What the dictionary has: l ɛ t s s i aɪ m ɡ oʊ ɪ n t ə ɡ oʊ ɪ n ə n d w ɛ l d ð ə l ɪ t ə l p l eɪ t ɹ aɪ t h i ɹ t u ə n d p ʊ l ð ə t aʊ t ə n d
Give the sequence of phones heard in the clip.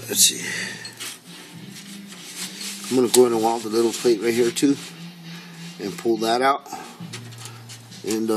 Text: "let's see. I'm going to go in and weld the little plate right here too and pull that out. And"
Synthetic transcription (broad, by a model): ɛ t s s i aɪ m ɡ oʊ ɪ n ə ɡ oʊ ɪ n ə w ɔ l ð ə l ɪ t l p l eɪ t ɹ aɪ t h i ɹ t u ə n p ʊ l ð ə t aʊ t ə n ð